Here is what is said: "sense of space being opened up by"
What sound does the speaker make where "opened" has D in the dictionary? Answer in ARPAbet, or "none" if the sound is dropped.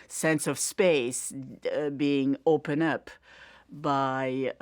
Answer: none